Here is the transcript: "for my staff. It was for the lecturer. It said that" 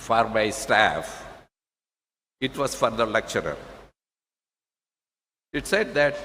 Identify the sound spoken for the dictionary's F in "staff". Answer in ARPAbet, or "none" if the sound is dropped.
F